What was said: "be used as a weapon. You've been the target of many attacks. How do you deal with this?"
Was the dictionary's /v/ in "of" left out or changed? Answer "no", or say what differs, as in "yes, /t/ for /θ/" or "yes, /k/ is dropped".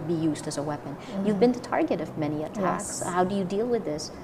no